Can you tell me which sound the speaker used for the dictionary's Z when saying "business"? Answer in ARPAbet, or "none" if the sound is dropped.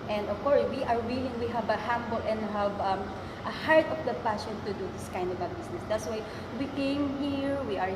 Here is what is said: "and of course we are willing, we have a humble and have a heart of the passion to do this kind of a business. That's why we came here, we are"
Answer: S